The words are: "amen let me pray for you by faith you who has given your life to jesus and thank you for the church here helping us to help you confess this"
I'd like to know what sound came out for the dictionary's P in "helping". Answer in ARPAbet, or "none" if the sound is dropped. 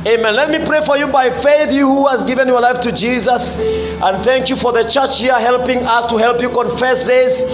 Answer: P